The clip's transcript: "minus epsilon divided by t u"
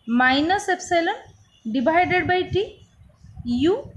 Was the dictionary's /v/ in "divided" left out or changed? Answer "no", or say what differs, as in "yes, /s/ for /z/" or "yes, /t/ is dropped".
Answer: yes, /b/ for /v/